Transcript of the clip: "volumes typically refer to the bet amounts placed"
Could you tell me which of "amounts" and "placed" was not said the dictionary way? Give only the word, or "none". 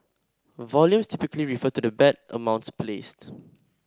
none